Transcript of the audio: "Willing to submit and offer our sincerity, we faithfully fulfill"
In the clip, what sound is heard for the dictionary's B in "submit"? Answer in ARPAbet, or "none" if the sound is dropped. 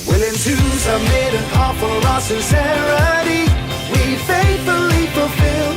none